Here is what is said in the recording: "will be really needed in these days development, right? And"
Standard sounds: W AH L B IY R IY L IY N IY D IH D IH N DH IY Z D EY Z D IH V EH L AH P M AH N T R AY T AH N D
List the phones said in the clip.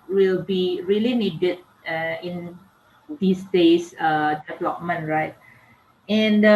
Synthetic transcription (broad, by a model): W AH L B IY R IY L IY N IY D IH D IH N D IY S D EY S D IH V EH L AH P M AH N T R AY T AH N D